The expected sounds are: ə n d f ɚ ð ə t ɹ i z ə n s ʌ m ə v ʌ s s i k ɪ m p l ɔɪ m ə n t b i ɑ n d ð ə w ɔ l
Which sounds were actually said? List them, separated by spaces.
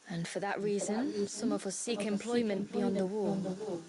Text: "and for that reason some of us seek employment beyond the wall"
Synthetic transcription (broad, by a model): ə n f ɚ ð ə t ɹ i z ə n s ʌ m ə v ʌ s s i k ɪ m p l ɔɪ m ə n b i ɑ n ð ə w ɔ